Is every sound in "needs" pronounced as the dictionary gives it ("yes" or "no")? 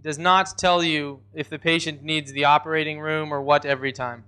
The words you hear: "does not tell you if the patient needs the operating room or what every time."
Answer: yes